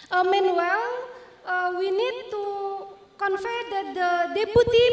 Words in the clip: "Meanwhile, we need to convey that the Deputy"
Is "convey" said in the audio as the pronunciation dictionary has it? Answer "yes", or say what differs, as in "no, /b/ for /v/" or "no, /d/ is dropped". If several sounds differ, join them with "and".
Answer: no, /f/ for /v/